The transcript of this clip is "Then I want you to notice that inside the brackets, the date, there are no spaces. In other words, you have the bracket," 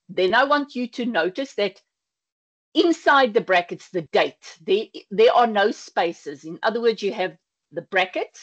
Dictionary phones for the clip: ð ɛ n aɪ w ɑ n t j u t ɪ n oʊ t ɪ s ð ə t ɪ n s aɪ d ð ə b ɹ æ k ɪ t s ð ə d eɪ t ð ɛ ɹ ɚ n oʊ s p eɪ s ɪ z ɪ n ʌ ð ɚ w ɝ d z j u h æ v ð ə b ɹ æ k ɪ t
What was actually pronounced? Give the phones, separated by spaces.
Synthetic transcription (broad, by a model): ð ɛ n aɪ w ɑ n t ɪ t ɪ n oʊ t ɪ s ð ə t ɪ n s aɪ d ð ə b ɹ æ k ɪ t s ð ə d eɪ t ð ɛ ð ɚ n oʊ s p eɪ s ɪ z ɪ n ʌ ð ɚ w ɝ d z j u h v ð ə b ɹ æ k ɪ t